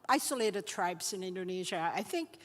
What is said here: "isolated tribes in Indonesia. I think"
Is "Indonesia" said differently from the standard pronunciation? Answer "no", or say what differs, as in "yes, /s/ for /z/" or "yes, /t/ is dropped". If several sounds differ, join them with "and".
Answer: no